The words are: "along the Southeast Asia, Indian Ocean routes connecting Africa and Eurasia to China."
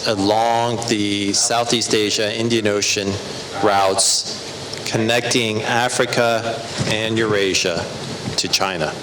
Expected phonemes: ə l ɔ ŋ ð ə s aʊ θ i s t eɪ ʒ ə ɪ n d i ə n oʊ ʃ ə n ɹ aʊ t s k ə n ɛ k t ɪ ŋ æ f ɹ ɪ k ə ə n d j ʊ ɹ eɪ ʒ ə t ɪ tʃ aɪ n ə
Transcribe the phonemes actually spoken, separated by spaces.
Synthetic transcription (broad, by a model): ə l ɔ ŋ ð ə s aʊ θ i s t eɪ ʒ ə ɪ n d i ə n oʊ ʃ ə n ɹ aʊ t s k ə n ɛ k t ɪ ŋ æ f ɹ ɪ k ə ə n j ʊ ɹ eɪ ʒ ə t ɪ tʃ aɪ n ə